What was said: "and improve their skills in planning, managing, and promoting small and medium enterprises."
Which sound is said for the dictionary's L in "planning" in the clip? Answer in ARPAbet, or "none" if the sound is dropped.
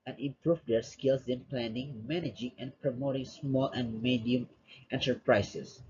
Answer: L